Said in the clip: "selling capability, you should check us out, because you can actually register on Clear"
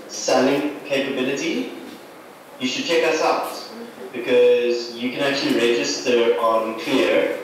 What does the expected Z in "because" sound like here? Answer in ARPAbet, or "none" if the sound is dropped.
Z